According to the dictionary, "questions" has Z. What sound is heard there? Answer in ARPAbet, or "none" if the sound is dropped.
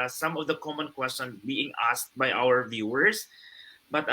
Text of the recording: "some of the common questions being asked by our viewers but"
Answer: none